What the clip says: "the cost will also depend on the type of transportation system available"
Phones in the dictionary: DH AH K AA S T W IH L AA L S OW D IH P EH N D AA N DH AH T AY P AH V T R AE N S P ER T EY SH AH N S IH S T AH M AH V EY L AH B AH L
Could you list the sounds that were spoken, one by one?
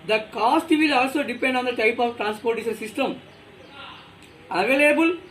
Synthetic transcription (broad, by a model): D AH K AA S T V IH L AA L S OW D IH P EH N D AA N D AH T AY P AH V T R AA N S P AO T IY S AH S IH S T AH M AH V EY L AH B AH L